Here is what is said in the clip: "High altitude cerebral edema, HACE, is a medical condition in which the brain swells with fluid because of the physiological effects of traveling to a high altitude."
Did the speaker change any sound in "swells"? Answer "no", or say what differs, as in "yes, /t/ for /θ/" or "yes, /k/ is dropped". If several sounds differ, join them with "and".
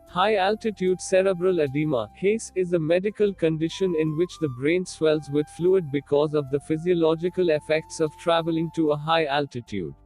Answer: no